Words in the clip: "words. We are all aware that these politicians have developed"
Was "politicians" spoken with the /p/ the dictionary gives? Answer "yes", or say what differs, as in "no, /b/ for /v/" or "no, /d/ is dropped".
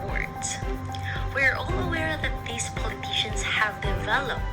yes